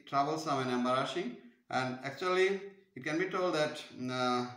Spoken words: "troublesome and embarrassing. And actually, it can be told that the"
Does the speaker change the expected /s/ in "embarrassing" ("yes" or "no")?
yes